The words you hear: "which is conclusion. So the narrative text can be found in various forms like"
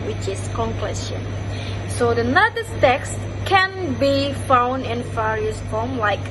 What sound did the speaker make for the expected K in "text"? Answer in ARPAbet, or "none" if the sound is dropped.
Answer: K